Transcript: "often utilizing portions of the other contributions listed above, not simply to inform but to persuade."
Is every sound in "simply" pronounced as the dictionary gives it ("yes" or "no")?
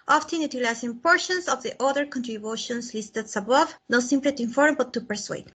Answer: yes